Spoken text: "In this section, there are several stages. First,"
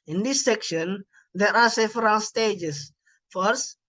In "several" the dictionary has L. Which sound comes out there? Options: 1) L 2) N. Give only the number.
2